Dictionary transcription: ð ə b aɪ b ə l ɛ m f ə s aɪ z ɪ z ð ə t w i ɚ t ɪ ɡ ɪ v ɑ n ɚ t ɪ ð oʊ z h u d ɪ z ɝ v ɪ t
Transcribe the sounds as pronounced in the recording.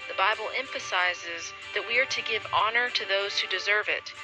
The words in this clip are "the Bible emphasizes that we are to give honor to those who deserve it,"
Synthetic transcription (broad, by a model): ð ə b aɪ b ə l ɛ m f ə s aɪ z ɪ z ð ə t w i ɚ t ɪ ɡ ɪ v ɑ n ɚ t ɪ ð oʊ z h u d ɪ z ɝ v ɪ t